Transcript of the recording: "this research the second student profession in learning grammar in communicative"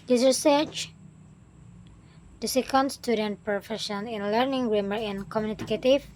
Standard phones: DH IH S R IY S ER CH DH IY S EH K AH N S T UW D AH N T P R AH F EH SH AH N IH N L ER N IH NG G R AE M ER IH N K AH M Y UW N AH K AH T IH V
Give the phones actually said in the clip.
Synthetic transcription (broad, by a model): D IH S R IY S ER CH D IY S EH K AH N S T UW D AH N T P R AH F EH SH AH N IH N L ER N IH NG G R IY M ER IH N K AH M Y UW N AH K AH T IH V